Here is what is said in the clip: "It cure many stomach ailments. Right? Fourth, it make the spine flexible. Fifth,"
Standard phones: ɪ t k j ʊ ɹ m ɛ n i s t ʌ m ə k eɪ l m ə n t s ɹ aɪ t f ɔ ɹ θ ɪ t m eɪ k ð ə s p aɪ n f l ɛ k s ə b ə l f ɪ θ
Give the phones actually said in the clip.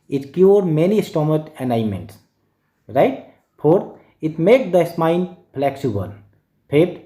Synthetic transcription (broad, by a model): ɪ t k j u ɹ m ɛ n i s t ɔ m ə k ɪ n m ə n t s ɹ aɪ t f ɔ ɹ t ɪ t m eɪ k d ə s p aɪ n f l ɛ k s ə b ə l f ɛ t